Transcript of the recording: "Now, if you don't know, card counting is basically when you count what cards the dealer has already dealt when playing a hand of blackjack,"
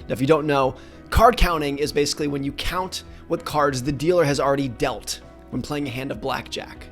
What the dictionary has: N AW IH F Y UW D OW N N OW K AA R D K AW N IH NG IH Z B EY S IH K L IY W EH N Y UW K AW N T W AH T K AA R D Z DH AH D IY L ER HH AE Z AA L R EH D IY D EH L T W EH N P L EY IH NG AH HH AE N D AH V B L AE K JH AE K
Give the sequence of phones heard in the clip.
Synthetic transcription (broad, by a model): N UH IH F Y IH D OW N N OW K AA R D K AW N IH NG IH Z B EY S IH K L IY W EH N Y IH K AW N T W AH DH K AA R D Z DH AH D IY L ER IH Z L R EH D IY D EH L T W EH N P L EY IH NG AH HH AE N D AH V B L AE K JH AE K